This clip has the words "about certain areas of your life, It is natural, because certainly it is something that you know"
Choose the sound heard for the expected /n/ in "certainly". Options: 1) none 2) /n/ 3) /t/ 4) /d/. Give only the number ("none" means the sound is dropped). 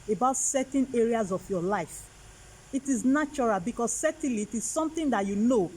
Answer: 1